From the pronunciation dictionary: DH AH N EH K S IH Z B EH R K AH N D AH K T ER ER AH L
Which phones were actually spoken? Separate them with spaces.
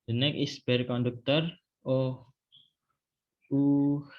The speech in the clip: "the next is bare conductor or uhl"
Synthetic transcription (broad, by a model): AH N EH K IH S B EH R K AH N D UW K T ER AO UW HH